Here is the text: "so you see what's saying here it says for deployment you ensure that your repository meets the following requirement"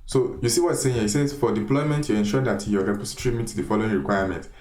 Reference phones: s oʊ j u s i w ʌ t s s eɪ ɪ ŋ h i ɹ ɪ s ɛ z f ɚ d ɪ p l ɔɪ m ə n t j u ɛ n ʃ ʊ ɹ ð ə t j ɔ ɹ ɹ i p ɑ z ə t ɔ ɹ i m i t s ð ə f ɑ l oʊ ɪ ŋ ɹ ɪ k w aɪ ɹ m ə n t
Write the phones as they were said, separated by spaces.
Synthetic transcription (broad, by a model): s oʊ j u s i w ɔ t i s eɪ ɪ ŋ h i ɪ s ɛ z f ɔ d ɪ p l ɔɪ m ə n t j u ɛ n ʃ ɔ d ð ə t j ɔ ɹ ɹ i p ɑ s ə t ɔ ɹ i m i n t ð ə f ɑ l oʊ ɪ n ɹ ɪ k w aɪ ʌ m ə n t